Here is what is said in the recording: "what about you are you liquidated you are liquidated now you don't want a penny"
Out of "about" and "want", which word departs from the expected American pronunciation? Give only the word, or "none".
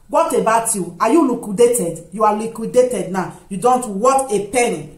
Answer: want